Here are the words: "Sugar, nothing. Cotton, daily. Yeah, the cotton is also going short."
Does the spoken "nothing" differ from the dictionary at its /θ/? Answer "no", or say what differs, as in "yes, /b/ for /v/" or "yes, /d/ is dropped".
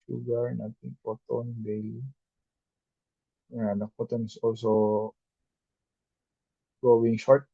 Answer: yes, /t/ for /θ/